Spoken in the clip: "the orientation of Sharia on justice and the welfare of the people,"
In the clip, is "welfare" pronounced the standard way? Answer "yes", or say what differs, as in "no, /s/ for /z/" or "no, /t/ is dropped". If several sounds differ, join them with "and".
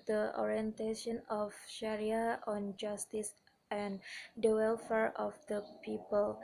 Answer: yes